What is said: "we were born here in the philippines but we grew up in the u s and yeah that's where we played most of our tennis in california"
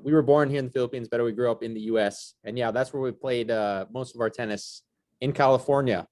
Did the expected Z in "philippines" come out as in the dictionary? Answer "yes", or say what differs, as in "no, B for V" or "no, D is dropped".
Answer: yes